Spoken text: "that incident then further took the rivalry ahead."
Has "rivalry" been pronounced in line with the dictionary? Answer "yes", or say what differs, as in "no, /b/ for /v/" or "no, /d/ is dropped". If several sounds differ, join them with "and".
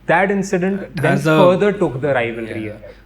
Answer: yes